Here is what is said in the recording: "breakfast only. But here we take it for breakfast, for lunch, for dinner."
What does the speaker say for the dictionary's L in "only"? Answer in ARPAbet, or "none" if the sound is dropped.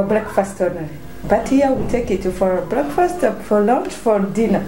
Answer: none